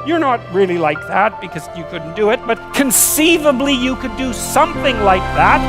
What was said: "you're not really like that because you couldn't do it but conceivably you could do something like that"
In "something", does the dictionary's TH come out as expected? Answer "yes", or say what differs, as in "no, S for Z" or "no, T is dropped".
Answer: yes